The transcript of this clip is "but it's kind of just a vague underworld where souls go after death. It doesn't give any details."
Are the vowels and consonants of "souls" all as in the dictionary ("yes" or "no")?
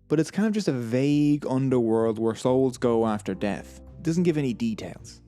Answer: yes